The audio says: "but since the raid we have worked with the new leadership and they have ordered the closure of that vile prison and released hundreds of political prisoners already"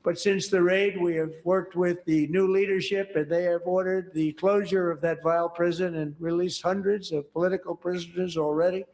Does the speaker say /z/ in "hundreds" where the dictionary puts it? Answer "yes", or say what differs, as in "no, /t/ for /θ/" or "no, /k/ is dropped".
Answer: yes